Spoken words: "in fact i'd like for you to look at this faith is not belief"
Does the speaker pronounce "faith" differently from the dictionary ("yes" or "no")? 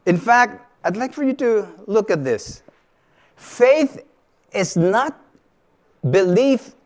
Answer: no